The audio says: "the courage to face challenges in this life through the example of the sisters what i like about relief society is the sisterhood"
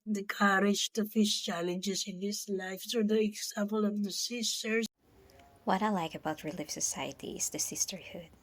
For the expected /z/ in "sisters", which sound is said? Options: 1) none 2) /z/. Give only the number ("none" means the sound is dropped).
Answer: 1